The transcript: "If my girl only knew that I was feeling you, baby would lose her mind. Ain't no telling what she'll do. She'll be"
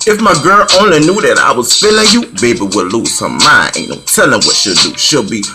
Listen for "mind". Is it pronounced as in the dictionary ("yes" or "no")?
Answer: no